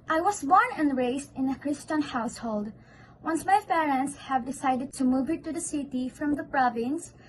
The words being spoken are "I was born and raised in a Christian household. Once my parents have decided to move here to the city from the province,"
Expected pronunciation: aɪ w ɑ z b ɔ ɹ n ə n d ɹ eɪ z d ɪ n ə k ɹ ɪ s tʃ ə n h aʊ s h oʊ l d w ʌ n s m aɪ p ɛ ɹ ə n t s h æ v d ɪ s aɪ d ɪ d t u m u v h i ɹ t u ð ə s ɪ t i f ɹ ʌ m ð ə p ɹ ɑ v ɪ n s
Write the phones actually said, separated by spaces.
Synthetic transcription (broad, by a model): aɪ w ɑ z b ɔ ɹ n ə n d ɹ eɪ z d ɪ n ə k ɹ ɪ s tʃ ə n h aʊ s h oʊ l d w ʌ n s m aɪ p ɛ ɹ ə n t s h æ v d ɪ s aɪ d ɪ d t u m u v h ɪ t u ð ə s ɪ t i f ɹ ʌ m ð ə p ɹ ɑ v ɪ n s